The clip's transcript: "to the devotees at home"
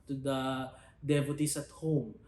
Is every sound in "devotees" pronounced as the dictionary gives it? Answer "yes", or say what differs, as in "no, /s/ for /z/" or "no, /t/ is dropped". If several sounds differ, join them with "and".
no, /s/ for /z/